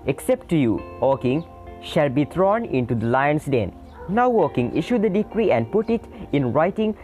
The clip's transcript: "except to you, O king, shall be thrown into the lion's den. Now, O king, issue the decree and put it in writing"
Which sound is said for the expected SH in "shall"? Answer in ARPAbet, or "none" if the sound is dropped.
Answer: SH